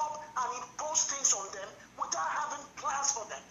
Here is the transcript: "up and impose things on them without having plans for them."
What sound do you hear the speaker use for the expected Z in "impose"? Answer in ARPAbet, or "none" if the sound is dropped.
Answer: S